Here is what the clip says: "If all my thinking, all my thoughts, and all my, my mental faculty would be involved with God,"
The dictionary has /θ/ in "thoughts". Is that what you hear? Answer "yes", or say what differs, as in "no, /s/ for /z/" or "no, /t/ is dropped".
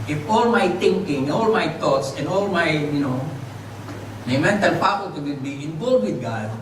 no, /t/ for /θ/